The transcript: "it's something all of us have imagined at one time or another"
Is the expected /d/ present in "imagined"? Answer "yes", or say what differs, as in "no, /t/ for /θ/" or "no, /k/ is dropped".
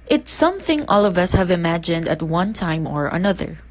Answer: yes